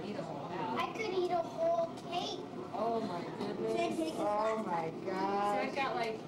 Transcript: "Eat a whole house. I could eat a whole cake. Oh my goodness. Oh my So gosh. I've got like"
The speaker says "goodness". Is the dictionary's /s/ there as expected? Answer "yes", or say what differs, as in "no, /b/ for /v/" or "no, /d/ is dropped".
no, /s/ is dropped